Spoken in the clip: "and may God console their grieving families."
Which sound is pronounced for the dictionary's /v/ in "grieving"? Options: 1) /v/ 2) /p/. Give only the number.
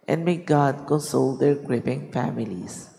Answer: 2